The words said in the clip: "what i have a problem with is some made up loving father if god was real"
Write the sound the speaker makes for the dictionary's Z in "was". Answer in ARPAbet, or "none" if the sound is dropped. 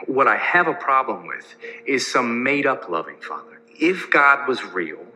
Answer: Z